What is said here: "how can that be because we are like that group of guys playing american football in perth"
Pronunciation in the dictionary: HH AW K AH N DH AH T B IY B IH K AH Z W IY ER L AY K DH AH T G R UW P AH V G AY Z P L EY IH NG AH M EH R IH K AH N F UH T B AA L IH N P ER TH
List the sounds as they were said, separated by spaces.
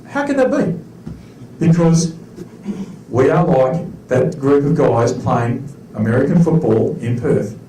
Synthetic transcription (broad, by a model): HH AW K AH N DH AH T B IY B IH K AH Z W IY ER L AY K DH AH T G R UW P AH V G AY Z P L EY IH NG AH M EH R IH K AH N F UH T B AA L IH N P ER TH